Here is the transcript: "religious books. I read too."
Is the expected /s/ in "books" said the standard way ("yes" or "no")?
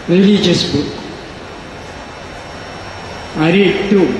no